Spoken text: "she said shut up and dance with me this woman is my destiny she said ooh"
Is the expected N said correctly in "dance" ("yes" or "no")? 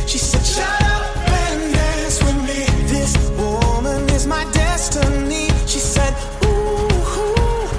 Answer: no